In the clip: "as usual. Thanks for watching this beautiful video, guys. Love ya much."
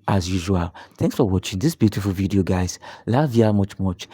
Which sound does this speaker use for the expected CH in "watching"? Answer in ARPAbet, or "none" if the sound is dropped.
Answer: CH